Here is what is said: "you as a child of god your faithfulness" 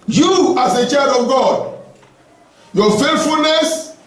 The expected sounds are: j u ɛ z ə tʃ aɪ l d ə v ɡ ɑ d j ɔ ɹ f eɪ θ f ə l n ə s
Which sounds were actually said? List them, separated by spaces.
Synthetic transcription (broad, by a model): j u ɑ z ə tʃ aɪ d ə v ɡ ɑ d j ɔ f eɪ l f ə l n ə s